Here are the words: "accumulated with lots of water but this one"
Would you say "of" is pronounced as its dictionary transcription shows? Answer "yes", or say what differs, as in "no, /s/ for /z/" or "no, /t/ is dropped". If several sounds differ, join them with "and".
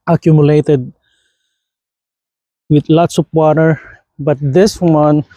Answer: no, /p/ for /v/